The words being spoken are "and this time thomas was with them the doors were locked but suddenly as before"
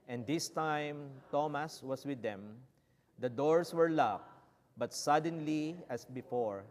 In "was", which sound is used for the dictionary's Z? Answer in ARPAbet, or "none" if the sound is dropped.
S